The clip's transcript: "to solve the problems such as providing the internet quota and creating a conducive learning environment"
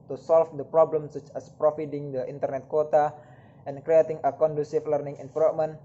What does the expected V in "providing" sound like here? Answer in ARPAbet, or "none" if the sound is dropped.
F